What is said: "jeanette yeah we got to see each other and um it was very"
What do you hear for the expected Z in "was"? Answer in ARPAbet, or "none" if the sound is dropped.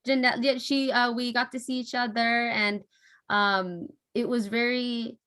Z